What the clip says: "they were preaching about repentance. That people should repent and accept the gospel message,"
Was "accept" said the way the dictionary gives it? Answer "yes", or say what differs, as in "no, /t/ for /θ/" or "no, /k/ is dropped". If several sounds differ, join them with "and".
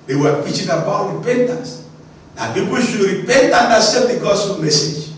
no, /k/ is dropped